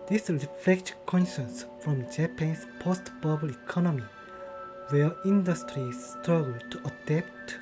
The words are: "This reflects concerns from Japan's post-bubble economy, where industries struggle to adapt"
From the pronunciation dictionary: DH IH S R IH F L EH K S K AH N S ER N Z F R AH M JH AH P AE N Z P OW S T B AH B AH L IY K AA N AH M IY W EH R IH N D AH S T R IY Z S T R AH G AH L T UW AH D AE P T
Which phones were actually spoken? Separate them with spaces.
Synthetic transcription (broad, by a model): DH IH S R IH F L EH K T K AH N SH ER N S F R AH M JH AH P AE N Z P OW S T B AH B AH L IY K AA N AH M IY W EH R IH N D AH S T R IY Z S T R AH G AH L T UW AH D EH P T